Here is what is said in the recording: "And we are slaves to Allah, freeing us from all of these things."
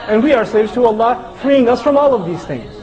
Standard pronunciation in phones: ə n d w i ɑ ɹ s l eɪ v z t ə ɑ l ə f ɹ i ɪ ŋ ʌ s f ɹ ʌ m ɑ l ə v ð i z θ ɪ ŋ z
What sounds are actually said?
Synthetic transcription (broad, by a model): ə n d w i ɑ ɹ s eɪ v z t ə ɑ l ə f ɹ i ɪ ŋ ʌ s f ɹ ʌ m ɑ l ə v ð i z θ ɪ ŋ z